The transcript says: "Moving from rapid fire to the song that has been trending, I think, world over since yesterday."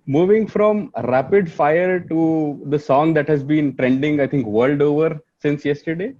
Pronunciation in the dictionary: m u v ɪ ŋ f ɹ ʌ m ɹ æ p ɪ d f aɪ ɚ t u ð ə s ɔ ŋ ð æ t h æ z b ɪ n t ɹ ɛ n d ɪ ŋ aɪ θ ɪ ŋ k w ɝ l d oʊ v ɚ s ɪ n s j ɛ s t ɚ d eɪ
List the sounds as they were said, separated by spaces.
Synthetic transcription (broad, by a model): m u v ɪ ŋ f ɹ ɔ m ɹ æ p ɪ d f aɪ ɚ t u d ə s ɔ ŋ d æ t h æ z b ɪ n t ɹ ɛ n d ɪ ŋ aɪ t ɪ ŋ k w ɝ l d oʊ v ɚ s ɪ n s j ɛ s t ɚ d eɪ